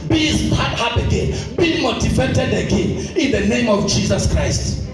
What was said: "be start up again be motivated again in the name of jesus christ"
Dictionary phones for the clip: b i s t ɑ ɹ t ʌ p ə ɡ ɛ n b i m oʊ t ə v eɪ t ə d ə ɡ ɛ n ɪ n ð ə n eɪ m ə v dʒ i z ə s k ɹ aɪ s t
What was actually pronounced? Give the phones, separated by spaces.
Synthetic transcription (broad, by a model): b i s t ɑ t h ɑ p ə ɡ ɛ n b i m oʊ t ə v eɪ t ə d ə ɡ ɛ n ɪ n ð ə n eɪ m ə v dʒ i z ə s k ɹ aɪ s t